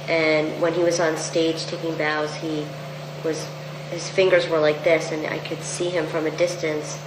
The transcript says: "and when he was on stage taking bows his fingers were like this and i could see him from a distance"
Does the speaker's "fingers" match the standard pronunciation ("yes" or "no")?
yes